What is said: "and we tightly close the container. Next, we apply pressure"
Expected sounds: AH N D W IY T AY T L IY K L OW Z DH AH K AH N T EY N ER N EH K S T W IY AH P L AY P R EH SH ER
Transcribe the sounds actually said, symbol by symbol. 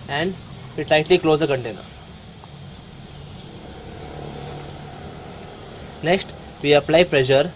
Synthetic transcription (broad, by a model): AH N D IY T AY T L IY K L OW Z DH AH K AH N T EY N ER N EH K S T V IY AH P L AY P R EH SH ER